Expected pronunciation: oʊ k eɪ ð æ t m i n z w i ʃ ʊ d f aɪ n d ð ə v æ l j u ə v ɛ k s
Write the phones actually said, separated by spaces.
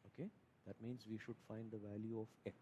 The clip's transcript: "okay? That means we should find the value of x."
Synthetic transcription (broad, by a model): oʊ k eɪ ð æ t m i n z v i ʃ ʊ d f aɪ n d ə v æ l j u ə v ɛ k